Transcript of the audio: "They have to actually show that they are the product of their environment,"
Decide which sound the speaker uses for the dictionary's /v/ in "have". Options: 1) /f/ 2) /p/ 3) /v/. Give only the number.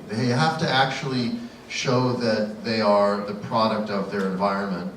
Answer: 1